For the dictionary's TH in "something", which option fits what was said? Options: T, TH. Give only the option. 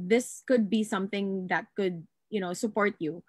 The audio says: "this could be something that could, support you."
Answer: TH